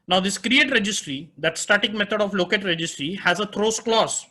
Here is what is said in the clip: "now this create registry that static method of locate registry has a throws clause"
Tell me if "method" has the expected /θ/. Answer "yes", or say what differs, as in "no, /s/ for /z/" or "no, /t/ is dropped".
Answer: no, /t/ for /θ/